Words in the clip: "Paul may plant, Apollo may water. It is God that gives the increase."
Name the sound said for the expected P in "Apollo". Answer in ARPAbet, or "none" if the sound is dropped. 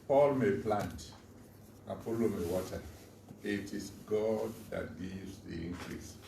F